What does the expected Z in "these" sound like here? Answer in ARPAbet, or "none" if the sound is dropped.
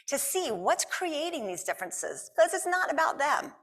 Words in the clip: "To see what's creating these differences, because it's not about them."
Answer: Z